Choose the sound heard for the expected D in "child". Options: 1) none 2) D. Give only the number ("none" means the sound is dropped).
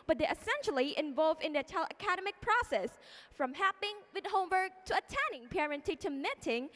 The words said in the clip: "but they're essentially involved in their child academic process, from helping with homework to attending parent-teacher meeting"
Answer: 1